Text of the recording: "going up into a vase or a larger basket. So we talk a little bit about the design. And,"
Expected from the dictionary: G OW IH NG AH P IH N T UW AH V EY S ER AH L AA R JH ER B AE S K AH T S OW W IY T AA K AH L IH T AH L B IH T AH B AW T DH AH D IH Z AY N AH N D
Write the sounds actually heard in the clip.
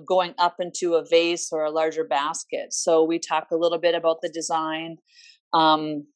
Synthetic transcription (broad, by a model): G OW IH NG AH P IH N T UW AH V EY S ER AH L AA R JH ER B AE S K AH T S OW W IY T AA K AH L IH T L B IH T AH B AW T DH AH D IH Z AY N AH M